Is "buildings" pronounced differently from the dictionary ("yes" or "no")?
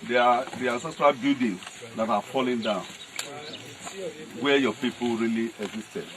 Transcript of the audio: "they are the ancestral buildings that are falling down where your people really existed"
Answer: yes